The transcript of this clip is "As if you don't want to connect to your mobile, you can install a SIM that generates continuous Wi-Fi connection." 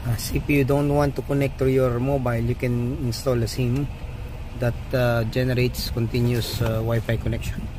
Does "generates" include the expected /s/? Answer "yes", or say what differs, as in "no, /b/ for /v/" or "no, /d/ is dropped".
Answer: yes